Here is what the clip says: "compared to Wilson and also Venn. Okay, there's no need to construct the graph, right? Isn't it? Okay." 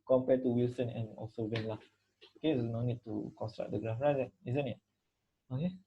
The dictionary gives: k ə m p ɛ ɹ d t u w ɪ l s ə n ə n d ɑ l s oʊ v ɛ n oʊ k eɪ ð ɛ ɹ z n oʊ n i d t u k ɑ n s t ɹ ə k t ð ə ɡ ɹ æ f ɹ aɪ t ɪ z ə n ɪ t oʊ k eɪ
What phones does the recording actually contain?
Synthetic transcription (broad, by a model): k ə m p ɛ t u w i l s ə n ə n ɑ l s oʊ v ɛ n oʊ k eɪ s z n oʊ n i d t u k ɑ n s t ɹ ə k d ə ɡ ɹ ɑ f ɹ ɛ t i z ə n ɪ t oʊ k eɪ